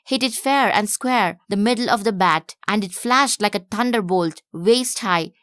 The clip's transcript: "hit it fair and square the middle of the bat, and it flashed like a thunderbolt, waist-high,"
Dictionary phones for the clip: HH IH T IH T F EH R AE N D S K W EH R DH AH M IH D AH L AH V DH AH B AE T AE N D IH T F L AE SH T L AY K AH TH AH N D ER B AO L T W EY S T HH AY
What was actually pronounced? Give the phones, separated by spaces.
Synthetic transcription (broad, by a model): HH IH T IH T F EH R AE N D S K W EH R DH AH M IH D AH L AH V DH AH B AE T AE N D IH T F L AE SH T L AY K AH T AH N D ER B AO L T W EY S T HH AY